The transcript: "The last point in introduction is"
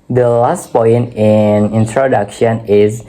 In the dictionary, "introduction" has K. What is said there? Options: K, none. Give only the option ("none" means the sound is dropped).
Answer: K